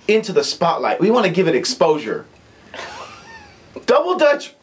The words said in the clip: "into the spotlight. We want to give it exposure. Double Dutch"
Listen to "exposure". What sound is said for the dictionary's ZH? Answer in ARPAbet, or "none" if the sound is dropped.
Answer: ZH